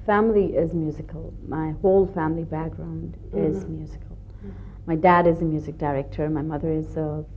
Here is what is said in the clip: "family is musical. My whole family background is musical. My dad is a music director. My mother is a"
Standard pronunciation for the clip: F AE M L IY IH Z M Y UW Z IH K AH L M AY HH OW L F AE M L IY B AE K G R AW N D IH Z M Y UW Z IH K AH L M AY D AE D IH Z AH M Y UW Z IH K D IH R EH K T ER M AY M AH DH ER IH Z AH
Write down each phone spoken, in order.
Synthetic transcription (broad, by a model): F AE M L IY IH Z M Y UW Z IH K AH L M AY HH OW L F AE M L IY B AE K G R AW N D IH Z M Y UW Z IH K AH L M AY D AE D IH Z AH M Y UW Z IH K D IH R EH K T ER M AY M AH DH ER IH Z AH